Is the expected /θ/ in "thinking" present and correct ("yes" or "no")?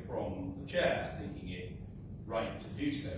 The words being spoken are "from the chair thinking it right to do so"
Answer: yes